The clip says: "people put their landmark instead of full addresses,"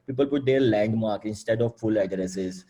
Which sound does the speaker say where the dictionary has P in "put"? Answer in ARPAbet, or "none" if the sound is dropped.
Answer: P